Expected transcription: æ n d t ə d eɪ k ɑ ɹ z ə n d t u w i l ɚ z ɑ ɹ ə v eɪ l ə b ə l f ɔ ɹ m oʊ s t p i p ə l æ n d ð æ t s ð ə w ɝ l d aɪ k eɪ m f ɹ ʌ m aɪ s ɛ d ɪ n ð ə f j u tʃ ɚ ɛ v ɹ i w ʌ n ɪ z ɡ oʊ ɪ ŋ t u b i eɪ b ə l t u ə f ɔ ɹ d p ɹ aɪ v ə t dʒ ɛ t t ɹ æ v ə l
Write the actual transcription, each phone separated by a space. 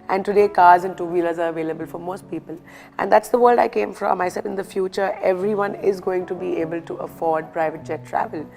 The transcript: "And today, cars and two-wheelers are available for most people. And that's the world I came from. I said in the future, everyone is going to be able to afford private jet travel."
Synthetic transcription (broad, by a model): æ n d t ə d eɪ k ɑ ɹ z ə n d t u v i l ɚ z ɑ ɹ ə v eɪ l ə b ə l f ɔ ɹ m oʊ s t p i p ə l æ n d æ t s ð ə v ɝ l d aɪ k eɪ m f ɹ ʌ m aɪ s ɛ ɪ n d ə f j u tʃ ɚ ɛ v ɹ i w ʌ n ɪ z ɡ oʊ ɪ ŋ t u b i eɪ b ə l t u ə f ɔ ɹ d p ɹ aɪ v ə t dʒ ɛ t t ɹ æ v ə l